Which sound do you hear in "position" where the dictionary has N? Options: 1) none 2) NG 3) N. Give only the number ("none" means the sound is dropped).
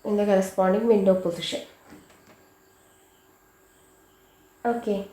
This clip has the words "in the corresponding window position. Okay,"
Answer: 1